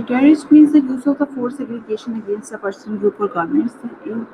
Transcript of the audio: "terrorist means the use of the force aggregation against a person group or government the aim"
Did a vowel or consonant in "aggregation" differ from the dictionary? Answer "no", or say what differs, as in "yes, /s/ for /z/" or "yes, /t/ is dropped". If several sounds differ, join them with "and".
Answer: yes, /l/ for /ɹ/